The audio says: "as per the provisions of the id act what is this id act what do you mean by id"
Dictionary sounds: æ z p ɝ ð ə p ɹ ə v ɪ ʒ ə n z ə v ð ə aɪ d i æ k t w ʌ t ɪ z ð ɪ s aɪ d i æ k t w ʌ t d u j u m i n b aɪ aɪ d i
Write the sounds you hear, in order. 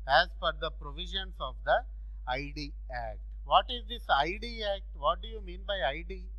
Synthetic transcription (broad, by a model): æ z f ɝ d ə p ɹ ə v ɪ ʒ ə n s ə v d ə aɪ d i æ k t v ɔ t ɪ z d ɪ s aɪ d i æ k t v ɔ t d u j u m i n b aɪ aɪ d i